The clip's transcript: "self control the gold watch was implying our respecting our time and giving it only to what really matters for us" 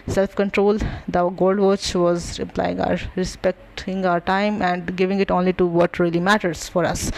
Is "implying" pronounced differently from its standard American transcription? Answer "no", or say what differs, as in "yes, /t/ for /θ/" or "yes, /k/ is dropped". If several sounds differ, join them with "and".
yes, /m/ is dropped